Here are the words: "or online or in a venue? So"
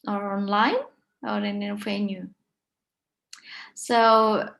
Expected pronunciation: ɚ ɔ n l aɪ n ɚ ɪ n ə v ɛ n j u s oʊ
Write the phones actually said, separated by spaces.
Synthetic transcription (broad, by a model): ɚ ɔ n l aɪ n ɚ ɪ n ə f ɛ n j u s oʊ